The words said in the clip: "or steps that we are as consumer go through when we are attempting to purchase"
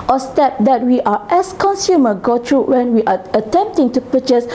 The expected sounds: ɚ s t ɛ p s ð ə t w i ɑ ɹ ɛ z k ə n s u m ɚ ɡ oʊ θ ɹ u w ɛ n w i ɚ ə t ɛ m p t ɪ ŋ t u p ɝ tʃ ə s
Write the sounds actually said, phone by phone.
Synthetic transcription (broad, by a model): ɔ s t ɛ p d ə t w i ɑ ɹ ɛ s k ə n s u m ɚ ɡ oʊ t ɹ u w ɛ n w i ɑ ə t ɛ m p t ɪ ŋ t u p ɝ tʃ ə s